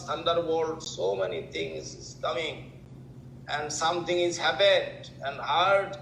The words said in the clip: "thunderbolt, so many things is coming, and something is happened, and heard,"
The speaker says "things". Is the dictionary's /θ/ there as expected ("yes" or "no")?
no